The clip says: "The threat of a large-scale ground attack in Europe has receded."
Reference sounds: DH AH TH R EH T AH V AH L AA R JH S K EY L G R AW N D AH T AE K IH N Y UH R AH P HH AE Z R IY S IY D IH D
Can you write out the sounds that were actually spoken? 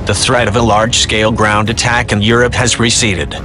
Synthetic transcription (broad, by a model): DH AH TH R EH T AH V AH L AA R JH S K EY L G R AW N D AH T AE K IH N Y UH R AH P HH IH Z R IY S IY D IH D